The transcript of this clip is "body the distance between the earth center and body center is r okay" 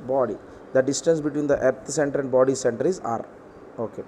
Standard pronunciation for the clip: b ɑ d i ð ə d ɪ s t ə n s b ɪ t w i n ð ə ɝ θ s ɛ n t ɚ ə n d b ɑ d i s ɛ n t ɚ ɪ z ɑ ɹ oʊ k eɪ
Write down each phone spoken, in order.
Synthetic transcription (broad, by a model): b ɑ d i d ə d ɪ s t ə n s b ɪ t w i n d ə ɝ t s ɛ n t ɚ ə n d b ɑ d i s ɛ n t ɚ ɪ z ɑ ɹ oʊ k eɪ